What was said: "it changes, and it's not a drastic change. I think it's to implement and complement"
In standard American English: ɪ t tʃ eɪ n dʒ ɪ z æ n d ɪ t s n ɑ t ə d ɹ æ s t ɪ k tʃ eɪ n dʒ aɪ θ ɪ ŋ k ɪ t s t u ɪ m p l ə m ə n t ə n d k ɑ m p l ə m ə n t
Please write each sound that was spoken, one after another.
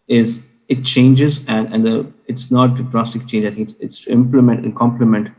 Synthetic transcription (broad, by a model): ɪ t tʃ eɪ n dʒ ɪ z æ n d ɪ t s n ɑ t ə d ɹ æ s t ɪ k tʃ eɪ n dʒ aɪ t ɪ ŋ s ɪ t s t u ɪ m p l ə m ə n t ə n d k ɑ m p l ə m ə n t